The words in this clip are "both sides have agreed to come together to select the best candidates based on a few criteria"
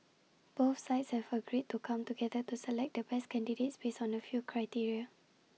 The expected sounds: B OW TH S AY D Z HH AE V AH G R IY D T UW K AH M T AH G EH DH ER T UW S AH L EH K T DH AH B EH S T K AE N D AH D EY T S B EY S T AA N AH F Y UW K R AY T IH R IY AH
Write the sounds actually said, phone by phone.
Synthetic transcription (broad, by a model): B OW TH S AY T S HH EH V AH G R IY D T UW K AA M T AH G EH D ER T UW S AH L EH K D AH B EH S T K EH N D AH D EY T S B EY S AA N AH F Y UW K R AY T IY R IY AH